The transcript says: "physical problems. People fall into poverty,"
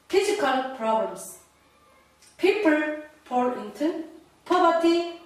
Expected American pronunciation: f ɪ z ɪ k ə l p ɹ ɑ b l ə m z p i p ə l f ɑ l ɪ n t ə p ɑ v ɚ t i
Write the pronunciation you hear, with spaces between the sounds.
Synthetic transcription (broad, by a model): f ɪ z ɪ k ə l p ɹ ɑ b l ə m s p i p ə l p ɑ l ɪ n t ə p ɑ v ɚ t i